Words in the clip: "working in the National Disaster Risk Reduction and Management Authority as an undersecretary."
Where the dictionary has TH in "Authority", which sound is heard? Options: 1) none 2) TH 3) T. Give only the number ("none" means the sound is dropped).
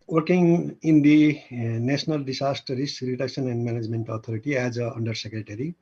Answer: 3